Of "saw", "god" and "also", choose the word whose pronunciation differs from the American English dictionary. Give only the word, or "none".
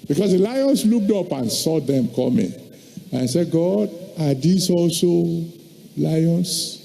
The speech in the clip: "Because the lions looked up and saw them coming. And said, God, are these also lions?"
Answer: none